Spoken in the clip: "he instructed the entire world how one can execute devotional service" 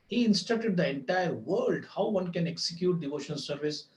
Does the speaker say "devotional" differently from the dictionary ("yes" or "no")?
yes